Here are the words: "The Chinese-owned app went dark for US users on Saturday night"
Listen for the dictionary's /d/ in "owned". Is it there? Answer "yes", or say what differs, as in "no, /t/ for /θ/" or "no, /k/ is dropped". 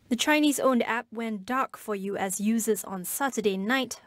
yes